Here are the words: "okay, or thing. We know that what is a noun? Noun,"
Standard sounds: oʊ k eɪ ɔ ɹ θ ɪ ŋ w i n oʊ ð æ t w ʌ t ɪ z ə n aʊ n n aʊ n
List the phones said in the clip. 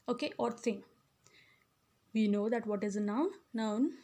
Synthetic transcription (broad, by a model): oʊ k eɪ ɔ ɹ s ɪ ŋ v i n oʊ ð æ t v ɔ t ɪ z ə n aʊ n n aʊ n